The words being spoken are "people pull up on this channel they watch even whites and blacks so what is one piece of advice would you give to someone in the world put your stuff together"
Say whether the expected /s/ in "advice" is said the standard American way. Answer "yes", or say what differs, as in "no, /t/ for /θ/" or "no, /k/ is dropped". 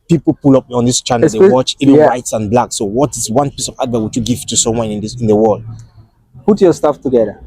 no, /s/ is dropped